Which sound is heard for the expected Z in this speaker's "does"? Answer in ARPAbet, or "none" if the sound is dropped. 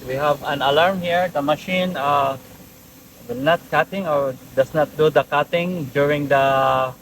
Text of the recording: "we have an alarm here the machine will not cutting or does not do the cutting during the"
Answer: S